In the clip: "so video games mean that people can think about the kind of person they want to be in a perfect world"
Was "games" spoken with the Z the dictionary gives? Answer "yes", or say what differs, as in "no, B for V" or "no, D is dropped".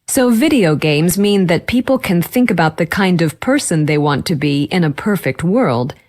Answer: yes